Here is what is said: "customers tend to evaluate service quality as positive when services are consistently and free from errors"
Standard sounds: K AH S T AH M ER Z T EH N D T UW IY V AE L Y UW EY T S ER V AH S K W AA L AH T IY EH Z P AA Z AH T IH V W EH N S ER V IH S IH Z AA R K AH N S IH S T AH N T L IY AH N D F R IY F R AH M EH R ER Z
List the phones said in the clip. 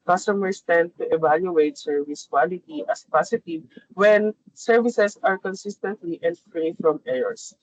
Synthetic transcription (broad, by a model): K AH S T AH M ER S T EH N D T UW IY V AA L Y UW EY T S ER V AH S K W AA L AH T IY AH S P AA S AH T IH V W EH N S ER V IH S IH S AA R K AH N S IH S T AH N T L IY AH N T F R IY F R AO M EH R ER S